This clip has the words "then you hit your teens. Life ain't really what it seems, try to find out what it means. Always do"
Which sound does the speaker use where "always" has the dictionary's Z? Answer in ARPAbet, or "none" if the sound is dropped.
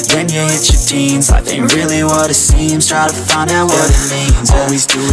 Z